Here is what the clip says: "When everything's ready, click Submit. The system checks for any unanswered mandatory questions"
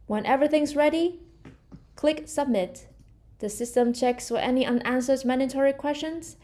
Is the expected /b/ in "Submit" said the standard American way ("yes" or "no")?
yes